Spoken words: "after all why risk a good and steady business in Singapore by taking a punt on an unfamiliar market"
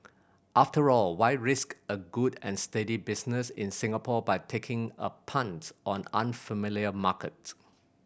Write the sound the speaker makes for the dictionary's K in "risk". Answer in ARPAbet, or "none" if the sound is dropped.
K